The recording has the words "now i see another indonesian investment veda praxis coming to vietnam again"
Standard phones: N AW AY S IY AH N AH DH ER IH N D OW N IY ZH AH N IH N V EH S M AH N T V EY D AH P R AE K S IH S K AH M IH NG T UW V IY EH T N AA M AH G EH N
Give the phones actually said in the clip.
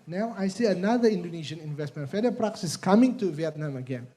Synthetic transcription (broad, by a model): N AW AY S IY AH N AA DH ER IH N D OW N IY SH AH N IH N V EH S M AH N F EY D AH P R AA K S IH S K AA M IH NG T UW V IY EH T N AA M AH G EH N